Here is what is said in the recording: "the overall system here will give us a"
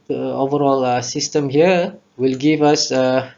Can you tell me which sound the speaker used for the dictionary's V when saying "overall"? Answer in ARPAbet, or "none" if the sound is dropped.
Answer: V